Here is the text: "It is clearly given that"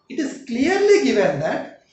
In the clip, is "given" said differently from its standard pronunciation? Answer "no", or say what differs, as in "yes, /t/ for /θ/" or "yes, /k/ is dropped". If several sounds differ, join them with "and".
no